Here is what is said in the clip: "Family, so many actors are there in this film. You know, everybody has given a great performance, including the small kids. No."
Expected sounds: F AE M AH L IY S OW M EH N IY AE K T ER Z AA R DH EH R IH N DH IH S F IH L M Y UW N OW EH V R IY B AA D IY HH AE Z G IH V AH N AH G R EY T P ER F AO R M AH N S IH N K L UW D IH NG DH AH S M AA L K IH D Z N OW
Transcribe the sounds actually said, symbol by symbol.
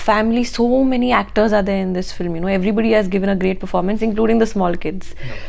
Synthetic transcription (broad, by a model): F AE M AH L IY S OW M EH N IY AE K T ER Z AA R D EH R IH N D IH S F IH L M Y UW N OW EH V R IY B AA D IY HH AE Z G IH V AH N AH G R EY T P ER F AO R M AH N S IH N K L UW D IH NG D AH S M AA L K IH D Z